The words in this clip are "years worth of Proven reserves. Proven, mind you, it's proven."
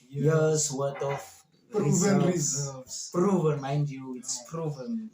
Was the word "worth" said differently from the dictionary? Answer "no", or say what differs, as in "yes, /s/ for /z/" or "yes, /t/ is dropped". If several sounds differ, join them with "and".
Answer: yes, /t/ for /θ/